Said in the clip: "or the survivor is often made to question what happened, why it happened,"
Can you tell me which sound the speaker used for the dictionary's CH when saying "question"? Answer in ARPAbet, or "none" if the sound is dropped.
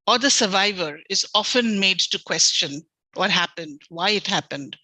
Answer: CH